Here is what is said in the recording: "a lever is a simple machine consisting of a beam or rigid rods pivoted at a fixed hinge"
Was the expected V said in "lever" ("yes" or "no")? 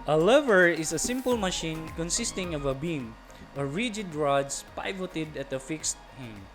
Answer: yes